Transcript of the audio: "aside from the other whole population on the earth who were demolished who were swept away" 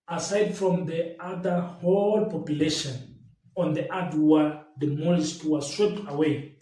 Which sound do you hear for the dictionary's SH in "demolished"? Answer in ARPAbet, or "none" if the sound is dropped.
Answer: S